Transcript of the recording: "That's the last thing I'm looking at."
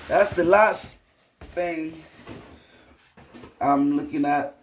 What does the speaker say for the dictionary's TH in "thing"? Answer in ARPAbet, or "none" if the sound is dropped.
TH